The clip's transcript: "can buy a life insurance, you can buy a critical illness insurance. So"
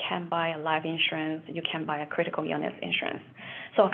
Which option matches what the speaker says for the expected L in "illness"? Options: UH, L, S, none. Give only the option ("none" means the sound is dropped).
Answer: none